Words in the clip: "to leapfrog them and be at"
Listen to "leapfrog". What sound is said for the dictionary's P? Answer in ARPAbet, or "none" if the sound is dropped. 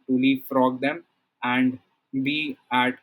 none